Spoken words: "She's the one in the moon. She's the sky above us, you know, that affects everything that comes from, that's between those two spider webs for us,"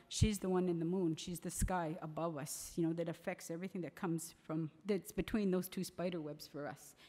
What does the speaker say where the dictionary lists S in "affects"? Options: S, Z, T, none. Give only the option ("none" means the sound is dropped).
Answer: S